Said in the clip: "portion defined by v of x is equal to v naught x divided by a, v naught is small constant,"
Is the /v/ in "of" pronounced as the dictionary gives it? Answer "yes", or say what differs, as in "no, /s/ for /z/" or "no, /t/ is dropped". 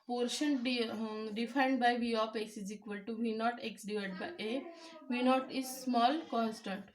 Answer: no, /p/ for /v/